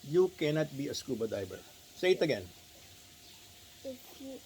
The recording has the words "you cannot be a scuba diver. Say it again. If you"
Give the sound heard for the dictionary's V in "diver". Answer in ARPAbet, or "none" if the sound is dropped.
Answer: B